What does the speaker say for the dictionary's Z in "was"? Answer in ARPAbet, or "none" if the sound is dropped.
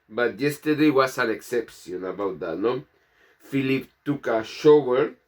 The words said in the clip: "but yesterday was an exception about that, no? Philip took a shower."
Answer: S